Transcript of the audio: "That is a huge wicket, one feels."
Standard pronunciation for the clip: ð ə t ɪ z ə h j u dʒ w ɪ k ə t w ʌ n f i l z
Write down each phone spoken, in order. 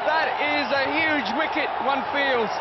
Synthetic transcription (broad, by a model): ð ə t ɪ z ə h j u dʒ w ɪ k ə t w ʌ n f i l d